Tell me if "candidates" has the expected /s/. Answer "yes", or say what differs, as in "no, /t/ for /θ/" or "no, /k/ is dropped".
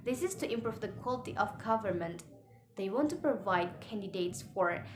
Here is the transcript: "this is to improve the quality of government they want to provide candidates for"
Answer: yes